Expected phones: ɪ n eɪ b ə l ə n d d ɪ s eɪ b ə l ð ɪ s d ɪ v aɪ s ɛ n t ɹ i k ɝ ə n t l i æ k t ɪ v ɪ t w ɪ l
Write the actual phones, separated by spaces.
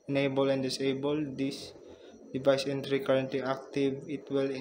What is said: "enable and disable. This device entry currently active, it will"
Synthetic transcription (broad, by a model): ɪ n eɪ b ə l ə n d d ɪ s eɪ b ə l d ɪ s d ɪ v aɪ s ɛ n t ɹ i k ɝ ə n t l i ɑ k t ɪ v ɪ t w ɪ l